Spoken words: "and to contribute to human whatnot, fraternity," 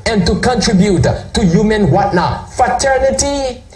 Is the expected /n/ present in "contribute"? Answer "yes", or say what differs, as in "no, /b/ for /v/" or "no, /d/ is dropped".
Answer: yes